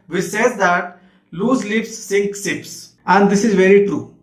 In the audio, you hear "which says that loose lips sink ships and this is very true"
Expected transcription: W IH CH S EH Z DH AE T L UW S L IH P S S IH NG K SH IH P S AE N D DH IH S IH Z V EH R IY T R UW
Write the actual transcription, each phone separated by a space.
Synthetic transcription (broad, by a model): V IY S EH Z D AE T L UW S L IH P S S IH NG K S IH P S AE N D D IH S IH Z V EH R IY T R UW